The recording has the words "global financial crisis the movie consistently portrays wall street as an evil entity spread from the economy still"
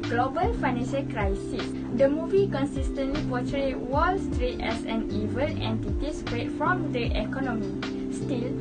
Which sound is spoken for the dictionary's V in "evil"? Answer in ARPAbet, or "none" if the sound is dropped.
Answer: V